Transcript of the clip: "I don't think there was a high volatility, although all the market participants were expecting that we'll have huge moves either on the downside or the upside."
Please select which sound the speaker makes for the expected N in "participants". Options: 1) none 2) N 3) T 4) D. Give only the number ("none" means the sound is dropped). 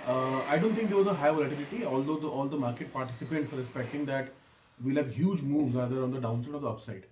1